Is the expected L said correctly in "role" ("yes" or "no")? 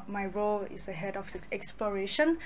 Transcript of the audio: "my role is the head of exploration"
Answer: yes